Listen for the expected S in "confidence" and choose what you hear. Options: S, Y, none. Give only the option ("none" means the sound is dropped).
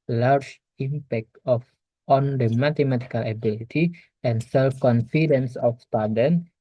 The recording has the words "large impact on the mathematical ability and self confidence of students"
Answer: S